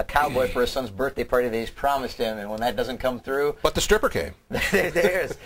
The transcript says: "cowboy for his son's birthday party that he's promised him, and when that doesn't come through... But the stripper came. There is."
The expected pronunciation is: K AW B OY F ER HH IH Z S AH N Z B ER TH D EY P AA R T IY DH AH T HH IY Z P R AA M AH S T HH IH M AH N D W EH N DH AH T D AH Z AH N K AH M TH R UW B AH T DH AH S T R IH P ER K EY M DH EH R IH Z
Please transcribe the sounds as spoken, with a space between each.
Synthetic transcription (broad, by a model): K AW B OY F ER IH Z S AH N Z B ER TH D EY P AA R T IY DH AH T HH IY Z P R AA M AH S T HH IH M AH N W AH N DH AH T D AH Z AH N K AH M TH R UW B AH T DH AH S T R IH P ER K EY M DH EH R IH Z